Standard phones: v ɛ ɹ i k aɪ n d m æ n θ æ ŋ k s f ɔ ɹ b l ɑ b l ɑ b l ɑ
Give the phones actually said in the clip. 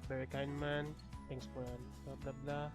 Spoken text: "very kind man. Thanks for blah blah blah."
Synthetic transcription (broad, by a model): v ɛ ɹ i k aɪ n d m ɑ n t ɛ ŋ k s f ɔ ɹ b l ɑ b l ɑ b l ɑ